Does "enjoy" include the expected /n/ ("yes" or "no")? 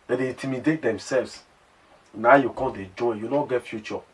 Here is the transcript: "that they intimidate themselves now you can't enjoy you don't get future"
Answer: no